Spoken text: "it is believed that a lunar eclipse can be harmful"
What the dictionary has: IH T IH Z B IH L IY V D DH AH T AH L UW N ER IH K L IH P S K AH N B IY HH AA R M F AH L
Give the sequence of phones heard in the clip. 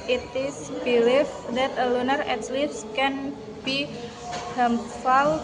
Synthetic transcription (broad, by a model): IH T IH S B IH L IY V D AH T AH L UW N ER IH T L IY S K AH N B IY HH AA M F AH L